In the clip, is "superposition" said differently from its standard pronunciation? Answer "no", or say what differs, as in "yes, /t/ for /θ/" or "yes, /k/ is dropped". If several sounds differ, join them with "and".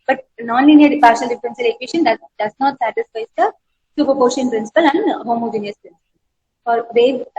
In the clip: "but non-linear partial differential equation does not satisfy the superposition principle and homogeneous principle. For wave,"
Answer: yes, /ʃ/ is dropped